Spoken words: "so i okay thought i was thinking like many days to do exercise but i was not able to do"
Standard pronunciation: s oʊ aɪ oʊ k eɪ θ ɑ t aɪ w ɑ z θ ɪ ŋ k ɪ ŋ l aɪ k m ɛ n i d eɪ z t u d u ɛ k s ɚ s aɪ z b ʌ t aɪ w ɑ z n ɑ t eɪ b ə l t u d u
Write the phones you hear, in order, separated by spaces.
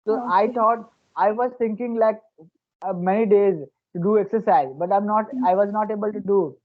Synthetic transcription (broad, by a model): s oʊ aɪ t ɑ t aɪ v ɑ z t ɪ ŋ k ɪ ŋ l aɪ k m ɛ n i d eɪ z t u d u ɛ k s ɚ s aɪ z b ʌ t aɪ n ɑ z n ɑ t eɪ b ə l t u d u